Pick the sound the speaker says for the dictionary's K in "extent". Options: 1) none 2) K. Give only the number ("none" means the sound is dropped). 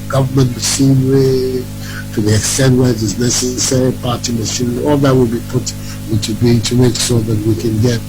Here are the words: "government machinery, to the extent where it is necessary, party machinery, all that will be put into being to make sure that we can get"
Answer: 2